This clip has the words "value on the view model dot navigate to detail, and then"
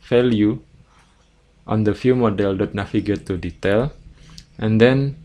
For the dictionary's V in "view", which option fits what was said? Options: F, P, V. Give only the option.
F